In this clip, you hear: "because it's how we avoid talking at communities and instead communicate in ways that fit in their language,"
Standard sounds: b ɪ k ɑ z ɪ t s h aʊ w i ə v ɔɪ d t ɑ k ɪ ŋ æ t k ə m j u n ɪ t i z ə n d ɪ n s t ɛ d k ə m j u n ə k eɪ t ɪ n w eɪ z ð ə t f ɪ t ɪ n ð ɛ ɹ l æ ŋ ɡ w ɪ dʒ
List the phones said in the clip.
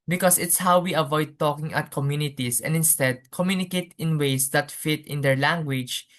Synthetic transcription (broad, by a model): b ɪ k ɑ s ɪ t s h aʊ w i ə v ɔɪ d t ɑ k ɪ ŋ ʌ t k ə m j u n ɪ t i s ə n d ɪ n s t ɛ d k ə m j u n ə k eɪ t ɪ n w eɪ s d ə t f ɪ t ɪ n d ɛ ɹ l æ ŋ ɡ w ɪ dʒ